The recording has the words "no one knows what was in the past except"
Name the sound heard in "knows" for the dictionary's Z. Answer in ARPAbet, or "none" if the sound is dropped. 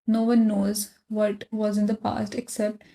Z